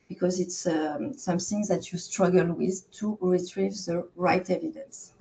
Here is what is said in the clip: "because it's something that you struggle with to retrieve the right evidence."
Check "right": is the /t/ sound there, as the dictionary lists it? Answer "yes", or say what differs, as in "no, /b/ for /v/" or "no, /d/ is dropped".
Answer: yes